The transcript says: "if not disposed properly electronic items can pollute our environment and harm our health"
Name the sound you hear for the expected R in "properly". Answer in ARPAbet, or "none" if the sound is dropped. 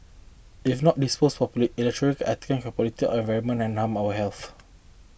none